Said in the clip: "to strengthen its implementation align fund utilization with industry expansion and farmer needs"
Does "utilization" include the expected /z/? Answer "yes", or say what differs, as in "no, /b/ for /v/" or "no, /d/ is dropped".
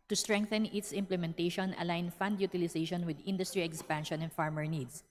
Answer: no, /s/ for /z/